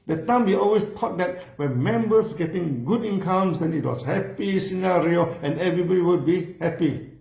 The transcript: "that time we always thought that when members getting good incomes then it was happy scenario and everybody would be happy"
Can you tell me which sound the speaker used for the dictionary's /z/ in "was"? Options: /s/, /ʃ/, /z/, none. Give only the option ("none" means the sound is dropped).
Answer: /s/